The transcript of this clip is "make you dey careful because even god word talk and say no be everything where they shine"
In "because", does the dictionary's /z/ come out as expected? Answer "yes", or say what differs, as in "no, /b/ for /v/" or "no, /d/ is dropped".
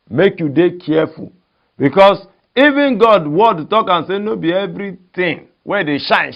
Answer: no, /s/ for /z/